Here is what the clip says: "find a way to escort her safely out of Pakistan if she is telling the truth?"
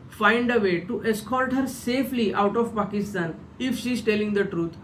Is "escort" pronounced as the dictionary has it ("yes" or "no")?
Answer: no